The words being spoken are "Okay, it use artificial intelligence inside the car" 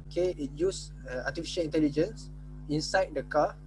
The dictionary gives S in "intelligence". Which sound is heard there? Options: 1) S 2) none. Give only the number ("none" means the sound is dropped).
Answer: 1